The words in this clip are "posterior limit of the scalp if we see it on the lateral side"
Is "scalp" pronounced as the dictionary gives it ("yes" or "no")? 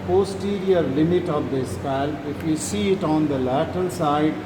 no